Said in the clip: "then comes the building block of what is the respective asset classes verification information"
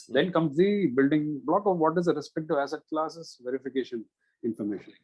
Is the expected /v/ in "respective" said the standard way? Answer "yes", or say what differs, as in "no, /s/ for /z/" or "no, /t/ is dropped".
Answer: no, /v/ is dropped